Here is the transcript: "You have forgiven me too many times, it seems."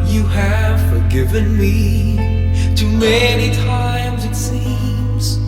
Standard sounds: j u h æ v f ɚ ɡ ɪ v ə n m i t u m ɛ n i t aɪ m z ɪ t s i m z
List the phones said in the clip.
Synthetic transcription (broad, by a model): j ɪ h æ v f ɚ ɡ ɪ v ə n m i t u m ɛ n i t aɪ m z ɪ t s i m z